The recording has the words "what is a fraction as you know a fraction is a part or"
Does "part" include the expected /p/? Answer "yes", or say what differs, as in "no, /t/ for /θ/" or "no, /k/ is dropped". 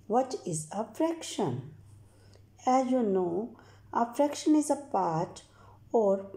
yes